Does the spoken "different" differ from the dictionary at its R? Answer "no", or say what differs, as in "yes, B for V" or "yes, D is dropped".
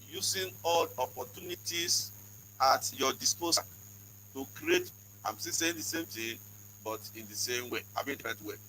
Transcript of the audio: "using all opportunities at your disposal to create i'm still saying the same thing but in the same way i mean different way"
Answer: yes, R is dropped